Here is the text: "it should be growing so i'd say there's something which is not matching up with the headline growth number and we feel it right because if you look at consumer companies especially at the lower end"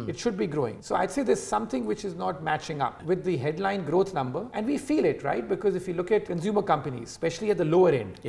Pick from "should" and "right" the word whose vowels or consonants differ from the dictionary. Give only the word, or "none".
none